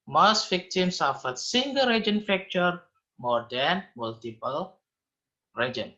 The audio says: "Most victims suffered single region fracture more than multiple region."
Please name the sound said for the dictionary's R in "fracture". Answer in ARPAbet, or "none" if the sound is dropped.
none